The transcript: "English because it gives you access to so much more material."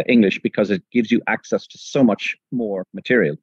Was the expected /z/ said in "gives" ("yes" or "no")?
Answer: yes